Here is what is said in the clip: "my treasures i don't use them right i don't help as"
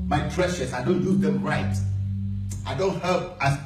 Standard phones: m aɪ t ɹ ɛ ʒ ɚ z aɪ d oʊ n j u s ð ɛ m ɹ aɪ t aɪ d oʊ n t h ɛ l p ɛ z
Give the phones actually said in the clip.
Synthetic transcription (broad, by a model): m aɪ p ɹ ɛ ʃ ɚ s aɪ d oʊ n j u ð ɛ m ɹ aɪ t aɪ d oʊ n t h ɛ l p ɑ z